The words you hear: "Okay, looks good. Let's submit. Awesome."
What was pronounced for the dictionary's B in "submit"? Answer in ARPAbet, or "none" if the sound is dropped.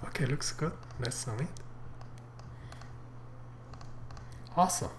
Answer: none